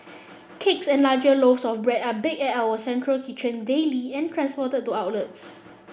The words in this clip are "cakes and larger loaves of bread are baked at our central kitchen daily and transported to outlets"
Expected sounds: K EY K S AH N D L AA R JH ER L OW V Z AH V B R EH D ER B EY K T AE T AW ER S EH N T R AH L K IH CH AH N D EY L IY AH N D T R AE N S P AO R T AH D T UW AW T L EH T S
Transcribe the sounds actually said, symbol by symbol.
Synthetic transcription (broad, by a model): K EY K S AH N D L AA JH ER L OW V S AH F B R EH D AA B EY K EH T AW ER S EH N T R AH L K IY CH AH N D EY L IY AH N T R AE N S P AO T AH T T UW AW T L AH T S